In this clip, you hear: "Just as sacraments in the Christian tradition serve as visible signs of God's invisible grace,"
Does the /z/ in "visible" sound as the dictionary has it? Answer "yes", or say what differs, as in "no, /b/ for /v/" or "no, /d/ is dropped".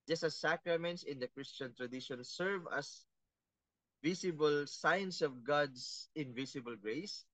no, /s/ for /z/